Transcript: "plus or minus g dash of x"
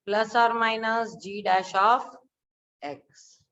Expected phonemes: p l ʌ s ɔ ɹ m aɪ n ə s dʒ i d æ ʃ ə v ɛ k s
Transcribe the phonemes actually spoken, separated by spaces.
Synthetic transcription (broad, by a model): p l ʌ s ɔ ɹ m aɪ n ə s dʒ i d æ ʃ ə f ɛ k s